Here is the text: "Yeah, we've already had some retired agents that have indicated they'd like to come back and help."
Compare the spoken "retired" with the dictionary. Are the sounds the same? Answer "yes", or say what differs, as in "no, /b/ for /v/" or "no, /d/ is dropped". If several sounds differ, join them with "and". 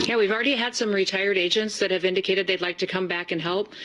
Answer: yes